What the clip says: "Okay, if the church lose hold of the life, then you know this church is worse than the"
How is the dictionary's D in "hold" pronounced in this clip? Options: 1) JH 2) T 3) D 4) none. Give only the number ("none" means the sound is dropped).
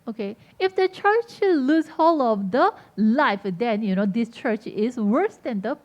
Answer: 4